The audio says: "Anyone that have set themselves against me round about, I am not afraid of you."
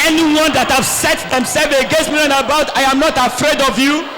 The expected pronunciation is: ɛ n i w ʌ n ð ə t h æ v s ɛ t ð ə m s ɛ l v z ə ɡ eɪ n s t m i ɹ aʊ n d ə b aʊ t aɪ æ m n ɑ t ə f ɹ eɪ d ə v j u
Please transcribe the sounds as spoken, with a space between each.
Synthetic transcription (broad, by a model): ɛ n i w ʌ n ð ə t h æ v s ɛ t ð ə m s ɛ l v ə ɡ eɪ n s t m i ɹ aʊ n ə b aʊ t aɪ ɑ m n ɑ t ə f ɹ eɪ d ə v j u